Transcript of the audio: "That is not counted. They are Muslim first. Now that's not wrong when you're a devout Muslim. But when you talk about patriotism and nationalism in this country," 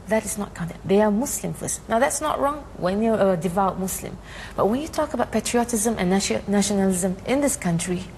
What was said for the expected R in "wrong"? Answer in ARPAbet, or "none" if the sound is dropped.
R